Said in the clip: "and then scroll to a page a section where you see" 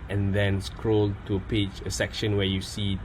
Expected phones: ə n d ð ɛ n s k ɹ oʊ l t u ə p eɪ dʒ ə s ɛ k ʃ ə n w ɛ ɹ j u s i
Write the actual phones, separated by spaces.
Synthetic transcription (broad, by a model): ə n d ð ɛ n s k ɹ oʊ l t u ə p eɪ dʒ ə s ɛ k ʃ ə n w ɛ j u s i